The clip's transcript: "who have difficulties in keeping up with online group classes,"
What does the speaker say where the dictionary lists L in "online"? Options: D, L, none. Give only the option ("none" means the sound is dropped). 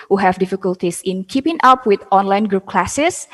L